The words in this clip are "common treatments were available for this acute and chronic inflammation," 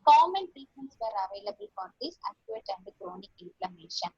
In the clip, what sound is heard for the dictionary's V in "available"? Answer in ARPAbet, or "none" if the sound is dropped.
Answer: V